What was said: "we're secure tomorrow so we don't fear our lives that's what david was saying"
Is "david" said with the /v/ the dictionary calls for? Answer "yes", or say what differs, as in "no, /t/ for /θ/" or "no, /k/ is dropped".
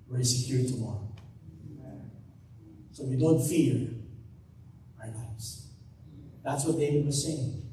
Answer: no, /w/ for /v/